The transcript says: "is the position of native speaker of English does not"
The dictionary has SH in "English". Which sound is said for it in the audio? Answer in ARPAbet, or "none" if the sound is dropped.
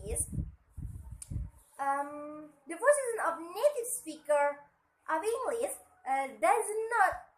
S